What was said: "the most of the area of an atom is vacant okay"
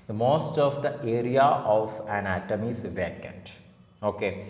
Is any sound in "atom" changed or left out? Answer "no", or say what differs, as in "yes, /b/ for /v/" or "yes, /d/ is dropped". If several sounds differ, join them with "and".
no